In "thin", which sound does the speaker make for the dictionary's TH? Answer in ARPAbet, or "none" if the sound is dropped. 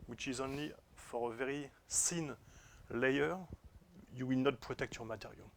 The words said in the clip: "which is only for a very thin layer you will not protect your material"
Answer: S